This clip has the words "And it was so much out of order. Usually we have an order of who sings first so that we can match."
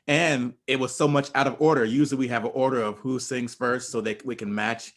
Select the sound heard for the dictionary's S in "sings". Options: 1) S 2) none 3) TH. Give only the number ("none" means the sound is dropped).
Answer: 1